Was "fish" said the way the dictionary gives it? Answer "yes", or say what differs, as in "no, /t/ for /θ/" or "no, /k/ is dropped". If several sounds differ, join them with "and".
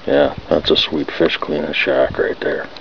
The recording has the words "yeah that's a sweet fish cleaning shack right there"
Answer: yes